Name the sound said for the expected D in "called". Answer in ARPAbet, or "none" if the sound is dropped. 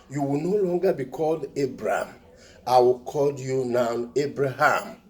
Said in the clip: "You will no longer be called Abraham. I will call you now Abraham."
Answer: D